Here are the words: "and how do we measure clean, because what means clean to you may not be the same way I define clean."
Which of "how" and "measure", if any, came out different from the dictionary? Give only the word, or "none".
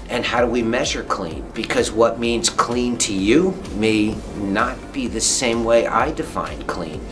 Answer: none